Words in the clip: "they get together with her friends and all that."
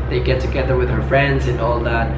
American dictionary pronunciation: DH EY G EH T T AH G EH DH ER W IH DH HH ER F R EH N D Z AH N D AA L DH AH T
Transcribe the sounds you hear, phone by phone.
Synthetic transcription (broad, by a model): DH EY G EH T T AH G EH DH ER W IH DH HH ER F R EH N D Z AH N AA L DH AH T